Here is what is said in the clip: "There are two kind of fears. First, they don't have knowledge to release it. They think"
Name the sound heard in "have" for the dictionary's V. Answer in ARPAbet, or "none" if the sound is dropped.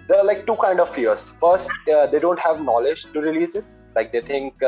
V